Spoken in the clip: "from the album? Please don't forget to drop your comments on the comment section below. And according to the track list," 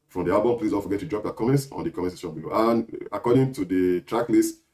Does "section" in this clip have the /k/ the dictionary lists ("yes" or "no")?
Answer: no